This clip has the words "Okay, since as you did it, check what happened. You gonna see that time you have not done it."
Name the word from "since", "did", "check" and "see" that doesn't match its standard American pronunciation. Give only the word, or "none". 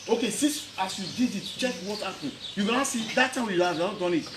since